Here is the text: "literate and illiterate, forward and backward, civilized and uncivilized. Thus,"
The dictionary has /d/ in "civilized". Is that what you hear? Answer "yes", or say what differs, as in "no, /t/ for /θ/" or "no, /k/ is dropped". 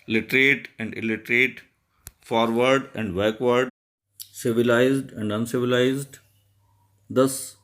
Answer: yes